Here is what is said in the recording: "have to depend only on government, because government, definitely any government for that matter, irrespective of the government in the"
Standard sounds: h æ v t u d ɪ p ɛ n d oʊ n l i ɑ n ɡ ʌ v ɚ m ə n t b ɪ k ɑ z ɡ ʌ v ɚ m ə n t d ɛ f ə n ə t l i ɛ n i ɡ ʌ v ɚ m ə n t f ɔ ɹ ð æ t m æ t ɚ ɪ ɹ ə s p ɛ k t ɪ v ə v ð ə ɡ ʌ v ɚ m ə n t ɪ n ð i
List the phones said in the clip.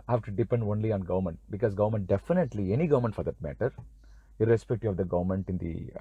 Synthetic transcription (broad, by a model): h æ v t u d ɪ p ɛ n d oʊ n l i ɑ n ɡ ʌ v ɚ m ə n t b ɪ k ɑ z ɡ ʌ v ɚ m ə n t d ɛ f ə n ə t l i ɛ n i ɡ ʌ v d m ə n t f ɔ ɹ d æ t m æ t ɚ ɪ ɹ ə s p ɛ k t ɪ ə v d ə ɡ ʌ v ɚ m ə n t ɪ n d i